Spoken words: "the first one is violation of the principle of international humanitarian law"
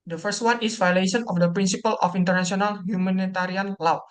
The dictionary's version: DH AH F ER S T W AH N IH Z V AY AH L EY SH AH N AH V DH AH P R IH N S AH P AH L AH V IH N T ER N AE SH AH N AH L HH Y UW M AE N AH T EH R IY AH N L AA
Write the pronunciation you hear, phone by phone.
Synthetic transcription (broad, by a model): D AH F ER S T W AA N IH S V AY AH L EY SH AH N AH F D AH P R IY N S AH P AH L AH F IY N T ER N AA S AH N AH L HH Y UW M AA N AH T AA R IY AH N L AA